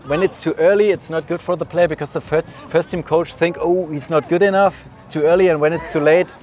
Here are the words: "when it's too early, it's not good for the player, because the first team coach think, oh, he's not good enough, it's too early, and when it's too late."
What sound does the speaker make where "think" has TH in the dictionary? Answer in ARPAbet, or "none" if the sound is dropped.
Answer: TH